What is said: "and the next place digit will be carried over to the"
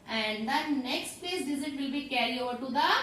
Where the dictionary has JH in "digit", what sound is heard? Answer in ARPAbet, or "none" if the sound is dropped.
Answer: Z